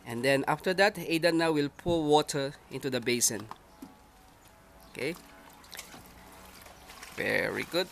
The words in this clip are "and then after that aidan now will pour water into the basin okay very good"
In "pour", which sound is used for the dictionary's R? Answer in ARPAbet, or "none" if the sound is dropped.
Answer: L